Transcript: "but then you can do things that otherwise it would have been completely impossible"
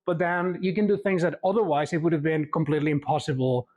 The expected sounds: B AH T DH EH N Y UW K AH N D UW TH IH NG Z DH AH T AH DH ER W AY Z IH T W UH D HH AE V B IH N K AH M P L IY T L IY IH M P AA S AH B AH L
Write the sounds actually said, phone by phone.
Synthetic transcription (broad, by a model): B AH T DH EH N Y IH K AH N D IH TH IH NG Z DH AH T AH DH ER W AY Z IH T W UH D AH V B IH N K AH M P L IY T L IY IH M P AA S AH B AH L